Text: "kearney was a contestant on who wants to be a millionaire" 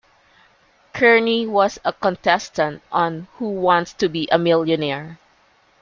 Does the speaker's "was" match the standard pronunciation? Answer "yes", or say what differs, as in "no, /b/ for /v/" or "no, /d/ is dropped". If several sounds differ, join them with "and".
no, /s/ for /z/